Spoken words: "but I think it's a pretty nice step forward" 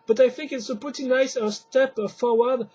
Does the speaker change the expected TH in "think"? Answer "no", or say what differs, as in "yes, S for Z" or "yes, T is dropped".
no